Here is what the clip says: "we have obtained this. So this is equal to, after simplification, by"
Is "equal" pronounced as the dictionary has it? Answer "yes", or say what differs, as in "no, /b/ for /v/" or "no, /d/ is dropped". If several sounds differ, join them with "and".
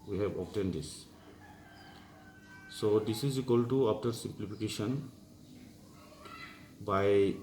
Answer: yes